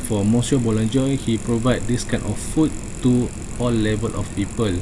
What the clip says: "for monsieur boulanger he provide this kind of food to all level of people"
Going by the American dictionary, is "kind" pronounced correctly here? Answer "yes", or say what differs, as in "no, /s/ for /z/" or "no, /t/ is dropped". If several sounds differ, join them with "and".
no, /d/ is dropped